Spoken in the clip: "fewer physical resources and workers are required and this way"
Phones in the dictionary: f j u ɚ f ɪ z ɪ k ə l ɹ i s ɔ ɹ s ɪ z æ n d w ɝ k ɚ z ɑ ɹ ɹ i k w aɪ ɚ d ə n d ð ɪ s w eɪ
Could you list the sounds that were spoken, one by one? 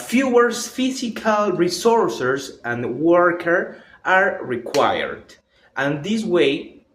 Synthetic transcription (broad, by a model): f j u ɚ f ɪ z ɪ k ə l ɹ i s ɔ ɹ s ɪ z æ n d w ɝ k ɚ ɑ ɹ ɹ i k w aɪ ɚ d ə n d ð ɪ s w eɪ